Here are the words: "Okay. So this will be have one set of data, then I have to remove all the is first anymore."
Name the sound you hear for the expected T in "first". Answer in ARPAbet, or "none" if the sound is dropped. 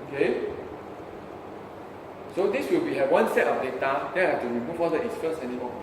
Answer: none